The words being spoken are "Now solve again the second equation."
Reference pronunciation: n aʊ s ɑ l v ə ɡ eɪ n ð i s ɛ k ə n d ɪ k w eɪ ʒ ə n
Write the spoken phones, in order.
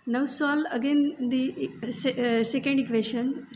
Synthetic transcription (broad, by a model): n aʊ s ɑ l ə ɡ eɪ n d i s ɛ k ə n d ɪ k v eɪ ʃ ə n